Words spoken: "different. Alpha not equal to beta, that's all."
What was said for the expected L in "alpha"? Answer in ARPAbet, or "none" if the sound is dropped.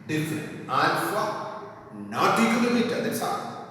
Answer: N